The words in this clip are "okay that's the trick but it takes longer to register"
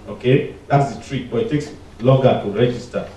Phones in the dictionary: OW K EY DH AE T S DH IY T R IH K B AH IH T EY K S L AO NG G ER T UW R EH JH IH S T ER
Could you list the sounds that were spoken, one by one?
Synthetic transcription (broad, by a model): OW K EY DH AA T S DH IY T R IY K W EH IH T EY K S L AO G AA T UW R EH JH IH S T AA